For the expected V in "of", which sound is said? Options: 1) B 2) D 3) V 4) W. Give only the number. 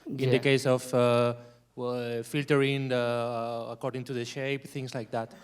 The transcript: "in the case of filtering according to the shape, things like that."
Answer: 4